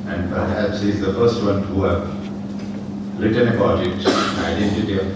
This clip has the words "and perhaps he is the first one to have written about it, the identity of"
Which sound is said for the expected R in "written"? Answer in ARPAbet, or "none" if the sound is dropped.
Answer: L